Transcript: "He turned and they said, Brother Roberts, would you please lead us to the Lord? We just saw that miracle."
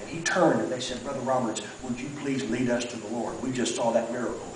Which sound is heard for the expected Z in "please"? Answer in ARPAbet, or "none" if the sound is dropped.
Z